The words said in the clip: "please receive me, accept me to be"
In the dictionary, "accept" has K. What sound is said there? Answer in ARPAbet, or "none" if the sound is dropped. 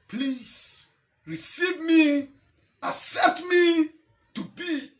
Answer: none